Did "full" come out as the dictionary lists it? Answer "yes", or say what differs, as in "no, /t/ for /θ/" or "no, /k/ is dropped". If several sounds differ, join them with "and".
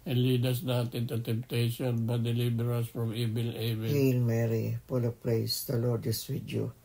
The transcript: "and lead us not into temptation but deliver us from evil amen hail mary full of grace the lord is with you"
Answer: no, /p/ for /f/